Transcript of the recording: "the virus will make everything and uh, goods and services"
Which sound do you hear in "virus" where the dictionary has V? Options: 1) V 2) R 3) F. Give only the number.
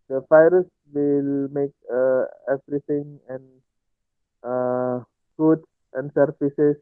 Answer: 3